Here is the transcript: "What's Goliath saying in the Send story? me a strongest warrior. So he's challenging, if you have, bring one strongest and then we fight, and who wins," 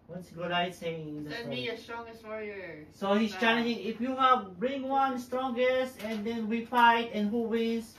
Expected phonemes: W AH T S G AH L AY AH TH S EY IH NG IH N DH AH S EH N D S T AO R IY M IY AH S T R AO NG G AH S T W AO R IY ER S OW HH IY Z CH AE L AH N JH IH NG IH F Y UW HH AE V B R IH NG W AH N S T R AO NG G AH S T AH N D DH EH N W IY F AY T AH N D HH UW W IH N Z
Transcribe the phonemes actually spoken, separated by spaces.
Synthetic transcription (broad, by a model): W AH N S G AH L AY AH T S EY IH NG IH N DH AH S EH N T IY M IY AH S T R AO NG G AH S T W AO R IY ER S OW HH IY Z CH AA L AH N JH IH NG IH F Y UW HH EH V B R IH NG W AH N S T R AO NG G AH S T AH N D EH N W IY F AY T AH N HH UW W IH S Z